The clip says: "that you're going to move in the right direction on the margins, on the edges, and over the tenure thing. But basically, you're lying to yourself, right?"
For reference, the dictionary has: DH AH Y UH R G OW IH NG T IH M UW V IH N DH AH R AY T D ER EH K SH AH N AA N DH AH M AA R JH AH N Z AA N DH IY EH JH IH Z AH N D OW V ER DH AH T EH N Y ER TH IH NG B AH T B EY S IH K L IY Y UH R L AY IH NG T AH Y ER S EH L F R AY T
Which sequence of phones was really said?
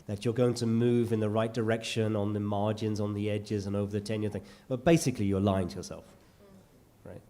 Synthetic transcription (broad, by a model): DH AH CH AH R G OW IH NG T IH M UW V IH N DH AH R AY T D ER EH K SH AH N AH N DH AH M AA R JH AH N Z N DH IY EH JH IH Z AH N OW V ER DH AH T EH N Y ER TH IH NG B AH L B EY S IH K L IY Y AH R L AY IH NG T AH Y ER S EH L F R AY T